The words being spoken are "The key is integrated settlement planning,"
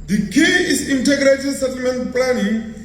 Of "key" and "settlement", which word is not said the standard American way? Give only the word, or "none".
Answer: none